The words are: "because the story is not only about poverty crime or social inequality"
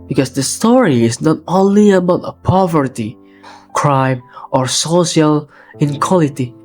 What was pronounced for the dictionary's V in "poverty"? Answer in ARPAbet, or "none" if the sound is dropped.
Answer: V